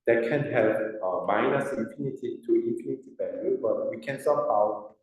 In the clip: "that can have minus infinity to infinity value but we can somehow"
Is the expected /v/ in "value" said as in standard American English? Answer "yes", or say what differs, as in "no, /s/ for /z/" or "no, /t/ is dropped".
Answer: no, /b/ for /v/